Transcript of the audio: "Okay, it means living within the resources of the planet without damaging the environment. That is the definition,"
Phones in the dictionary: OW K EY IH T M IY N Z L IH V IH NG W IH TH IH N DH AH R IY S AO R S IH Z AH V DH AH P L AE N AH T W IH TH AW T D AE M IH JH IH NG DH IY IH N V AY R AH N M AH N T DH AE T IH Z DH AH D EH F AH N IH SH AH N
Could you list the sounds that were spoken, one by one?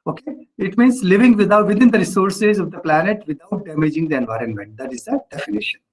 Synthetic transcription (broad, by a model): OW K EY IH T M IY N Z L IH V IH NG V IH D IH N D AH R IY S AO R S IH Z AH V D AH P L AE N AH T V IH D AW T D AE M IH JH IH NG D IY IH N V AY R AH N M AH N T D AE T IH Z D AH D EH F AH N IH SH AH N